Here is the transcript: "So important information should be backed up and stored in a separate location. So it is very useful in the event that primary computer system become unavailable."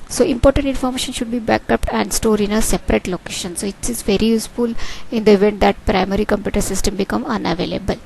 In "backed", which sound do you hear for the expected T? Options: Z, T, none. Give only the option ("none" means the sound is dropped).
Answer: none